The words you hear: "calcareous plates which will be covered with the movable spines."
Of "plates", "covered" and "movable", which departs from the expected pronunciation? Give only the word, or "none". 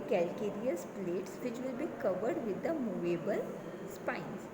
none